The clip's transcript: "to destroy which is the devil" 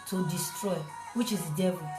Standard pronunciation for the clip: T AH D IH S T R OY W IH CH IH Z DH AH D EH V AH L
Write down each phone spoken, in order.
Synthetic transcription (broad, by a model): T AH D IH S T R OY W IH CH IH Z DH D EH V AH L